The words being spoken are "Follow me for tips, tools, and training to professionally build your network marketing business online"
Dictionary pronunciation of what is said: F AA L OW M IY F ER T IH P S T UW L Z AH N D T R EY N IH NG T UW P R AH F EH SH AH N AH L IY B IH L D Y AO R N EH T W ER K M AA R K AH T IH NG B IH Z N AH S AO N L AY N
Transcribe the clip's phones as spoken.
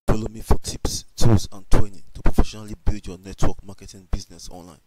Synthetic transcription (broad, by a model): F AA L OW M IY F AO T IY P S T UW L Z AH N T W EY N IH T UW P R AH F EH SH AH N AH L IY B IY L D Y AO N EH T W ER K M AA K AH T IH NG B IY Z N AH S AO N L AY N